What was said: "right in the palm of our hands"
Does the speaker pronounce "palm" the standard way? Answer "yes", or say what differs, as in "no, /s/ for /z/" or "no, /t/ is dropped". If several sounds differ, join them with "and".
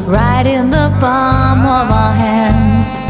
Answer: no, /b/ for /p/